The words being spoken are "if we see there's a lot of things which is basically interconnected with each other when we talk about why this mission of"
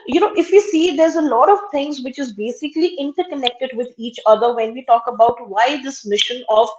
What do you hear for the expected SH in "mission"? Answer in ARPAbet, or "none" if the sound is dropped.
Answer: SH